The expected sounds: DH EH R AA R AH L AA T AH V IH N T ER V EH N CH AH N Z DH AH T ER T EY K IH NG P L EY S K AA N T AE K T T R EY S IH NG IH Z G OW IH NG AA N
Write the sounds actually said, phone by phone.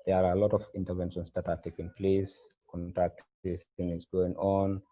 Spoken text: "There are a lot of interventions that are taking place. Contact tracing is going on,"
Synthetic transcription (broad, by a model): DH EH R AA R AH L AA T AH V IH N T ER V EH N SH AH N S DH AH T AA T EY K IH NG P L EY S K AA N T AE K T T EY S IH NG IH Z G OW IH NG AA N